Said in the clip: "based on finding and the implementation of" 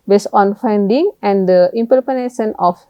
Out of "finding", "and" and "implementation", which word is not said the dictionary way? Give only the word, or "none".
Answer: implementation